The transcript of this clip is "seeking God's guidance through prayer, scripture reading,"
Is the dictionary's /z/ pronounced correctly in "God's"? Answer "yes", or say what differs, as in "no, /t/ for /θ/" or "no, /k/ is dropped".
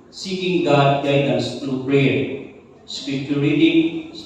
no, /z/ is dropped